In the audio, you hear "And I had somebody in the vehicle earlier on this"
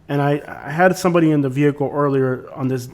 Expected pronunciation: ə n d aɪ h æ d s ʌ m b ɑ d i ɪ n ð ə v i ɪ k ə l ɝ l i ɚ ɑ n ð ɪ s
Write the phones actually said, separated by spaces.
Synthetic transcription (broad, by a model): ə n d aɪ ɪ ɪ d s ʌ m b ɑ d i ɪ n ð ə v i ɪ k l ɝ l i ɚ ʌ n ð ɪ s